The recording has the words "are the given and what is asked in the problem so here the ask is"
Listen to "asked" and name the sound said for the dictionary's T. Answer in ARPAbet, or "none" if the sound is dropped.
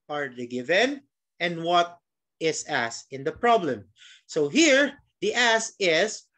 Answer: none